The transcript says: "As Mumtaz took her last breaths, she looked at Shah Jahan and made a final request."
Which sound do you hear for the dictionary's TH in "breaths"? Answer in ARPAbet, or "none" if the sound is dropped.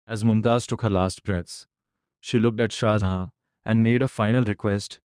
T